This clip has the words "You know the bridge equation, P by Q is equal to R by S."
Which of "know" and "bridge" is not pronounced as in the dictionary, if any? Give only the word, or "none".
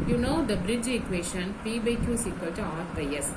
none